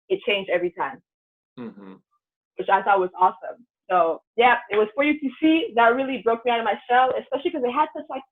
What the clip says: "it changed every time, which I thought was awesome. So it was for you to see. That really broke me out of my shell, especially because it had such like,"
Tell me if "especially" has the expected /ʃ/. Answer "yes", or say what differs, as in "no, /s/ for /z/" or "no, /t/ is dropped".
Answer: yes